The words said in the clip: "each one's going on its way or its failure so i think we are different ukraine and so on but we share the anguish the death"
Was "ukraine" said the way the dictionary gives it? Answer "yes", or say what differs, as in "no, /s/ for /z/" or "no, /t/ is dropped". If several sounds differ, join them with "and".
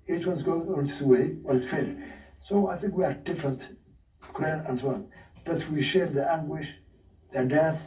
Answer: no, /l/ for /ɹ/